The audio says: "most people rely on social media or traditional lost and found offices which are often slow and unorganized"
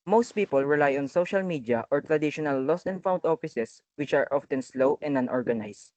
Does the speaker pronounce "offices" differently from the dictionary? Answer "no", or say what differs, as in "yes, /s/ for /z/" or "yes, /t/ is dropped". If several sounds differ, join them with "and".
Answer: yes, /s/ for /z/